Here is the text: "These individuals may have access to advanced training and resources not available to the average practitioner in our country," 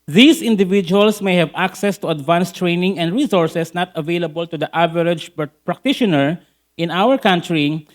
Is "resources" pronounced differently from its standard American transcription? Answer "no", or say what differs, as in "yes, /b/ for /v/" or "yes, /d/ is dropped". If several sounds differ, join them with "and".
yes, /s/ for /z/